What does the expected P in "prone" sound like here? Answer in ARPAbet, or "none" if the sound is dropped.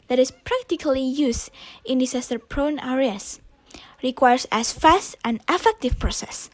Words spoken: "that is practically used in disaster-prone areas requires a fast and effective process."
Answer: P